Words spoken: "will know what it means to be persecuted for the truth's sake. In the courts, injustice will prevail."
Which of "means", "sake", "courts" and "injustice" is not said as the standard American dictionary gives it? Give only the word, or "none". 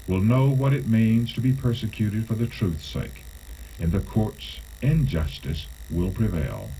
none